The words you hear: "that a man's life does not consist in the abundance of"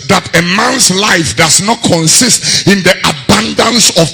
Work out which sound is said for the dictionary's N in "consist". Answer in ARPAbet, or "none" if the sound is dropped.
N